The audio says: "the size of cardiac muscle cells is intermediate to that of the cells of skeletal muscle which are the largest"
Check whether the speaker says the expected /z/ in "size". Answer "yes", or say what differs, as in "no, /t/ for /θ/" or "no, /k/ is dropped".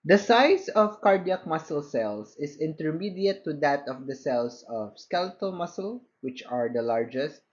no, /s/ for /z/